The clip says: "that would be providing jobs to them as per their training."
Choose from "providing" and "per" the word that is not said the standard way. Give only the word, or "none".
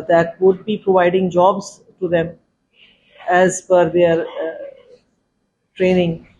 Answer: per